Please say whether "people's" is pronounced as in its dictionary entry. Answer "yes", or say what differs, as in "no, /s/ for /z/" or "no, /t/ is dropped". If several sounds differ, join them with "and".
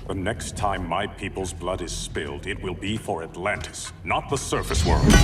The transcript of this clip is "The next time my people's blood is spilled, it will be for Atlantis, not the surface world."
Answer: yes